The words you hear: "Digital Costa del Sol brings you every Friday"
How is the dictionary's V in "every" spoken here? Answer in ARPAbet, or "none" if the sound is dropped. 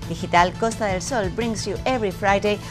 B